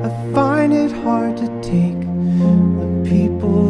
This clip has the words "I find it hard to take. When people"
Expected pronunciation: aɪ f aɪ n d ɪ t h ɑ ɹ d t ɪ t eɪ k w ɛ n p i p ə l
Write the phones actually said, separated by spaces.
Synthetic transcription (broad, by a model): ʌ f aɪ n ɪ t h ɑ ɹ d t ɪ t eɪ k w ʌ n p i p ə l